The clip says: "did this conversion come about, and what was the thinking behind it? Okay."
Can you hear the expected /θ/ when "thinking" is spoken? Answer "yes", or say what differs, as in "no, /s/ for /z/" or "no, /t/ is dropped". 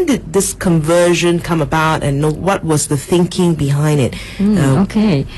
yes